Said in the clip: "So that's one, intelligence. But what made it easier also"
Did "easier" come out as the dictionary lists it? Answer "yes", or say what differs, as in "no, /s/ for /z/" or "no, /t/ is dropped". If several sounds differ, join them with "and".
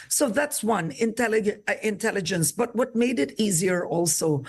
yes